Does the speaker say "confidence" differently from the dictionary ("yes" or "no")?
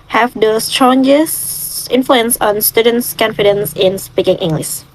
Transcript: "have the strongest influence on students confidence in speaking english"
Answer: no